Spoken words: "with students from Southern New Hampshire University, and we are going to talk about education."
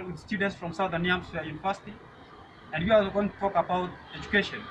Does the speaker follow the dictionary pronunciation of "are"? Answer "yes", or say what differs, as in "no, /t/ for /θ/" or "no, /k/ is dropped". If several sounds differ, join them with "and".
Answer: no, /l/ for /ɹ/